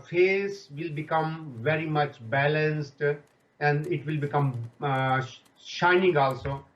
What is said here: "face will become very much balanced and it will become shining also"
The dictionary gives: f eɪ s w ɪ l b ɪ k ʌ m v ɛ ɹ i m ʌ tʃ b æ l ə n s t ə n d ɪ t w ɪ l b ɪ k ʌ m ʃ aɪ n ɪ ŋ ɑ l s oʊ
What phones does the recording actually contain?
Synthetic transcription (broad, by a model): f eɪ s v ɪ l b ɪ k ʌ m v ɛ ɹ i m ʌ tʃ b æ l ə n s t ə n d ɪ t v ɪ l b ɪ k ʌ m ʃ aɪ n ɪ ŋ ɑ l s oʊ